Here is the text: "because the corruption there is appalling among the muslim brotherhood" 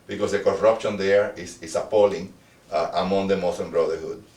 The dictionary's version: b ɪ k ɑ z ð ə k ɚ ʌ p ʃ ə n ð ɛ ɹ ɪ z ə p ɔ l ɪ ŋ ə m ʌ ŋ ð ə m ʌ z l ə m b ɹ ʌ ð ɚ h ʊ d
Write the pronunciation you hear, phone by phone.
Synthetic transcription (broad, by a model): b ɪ k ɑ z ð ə k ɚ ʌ p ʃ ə n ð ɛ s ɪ s ə p ɔ l ɪ ŋ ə m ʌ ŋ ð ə m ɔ s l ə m b ɹ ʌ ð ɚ h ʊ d